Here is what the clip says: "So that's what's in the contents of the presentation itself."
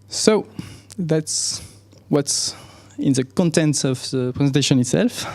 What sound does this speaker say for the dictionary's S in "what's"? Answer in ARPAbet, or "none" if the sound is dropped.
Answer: S